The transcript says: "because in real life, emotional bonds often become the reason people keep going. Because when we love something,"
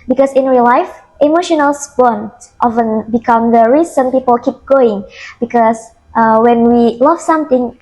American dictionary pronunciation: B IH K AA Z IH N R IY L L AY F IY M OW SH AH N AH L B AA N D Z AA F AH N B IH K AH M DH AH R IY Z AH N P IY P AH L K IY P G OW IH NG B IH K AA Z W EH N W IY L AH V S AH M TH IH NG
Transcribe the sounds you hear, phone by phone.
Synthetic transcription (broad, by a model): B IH K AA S IH N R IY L L AY F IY M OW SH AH N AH L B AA N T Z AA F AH N B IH K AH M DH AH R IY S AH N P IY P AH L K IY P G OW IH NG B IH K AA S W EH N W IY L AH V S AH M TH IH NG